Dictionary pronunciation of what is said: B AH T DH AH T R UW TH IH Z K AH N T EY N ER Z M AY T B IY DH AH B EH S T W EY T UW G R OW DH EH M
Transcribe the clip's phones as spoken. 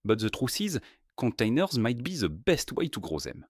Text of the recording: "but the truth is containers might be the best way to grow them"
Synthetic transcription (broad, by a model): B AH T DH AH T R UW S IH Z K AH N T EY N ER Z M AY T B IY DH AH B EH S T W EY T UW G R OW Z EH M